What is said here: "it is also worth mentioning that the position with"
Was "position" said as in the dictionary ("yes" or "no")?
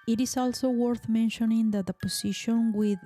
no